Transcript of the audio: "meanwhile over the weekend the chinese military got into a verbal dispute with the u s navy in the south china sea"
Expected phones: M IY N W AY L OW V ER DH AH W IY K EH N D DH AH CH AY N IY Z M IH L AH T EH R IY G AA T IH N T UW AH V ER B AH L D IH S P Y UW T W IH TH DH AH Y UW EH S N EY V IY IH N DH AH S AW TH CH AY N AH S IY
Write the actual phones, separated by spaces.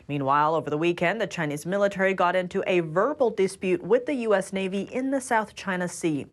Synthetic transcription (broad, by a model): M IY N W AY L OW V ER DH AH W IY K EH N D DH AH CH AY N IY Z M IH L AH T EH R IY G AA T IH N T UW AH V ER B L D IH S P Y UW T W IH DH AH Y UW EH S N EY V IY IH N DH AH S AW TH CH AY N AH S IY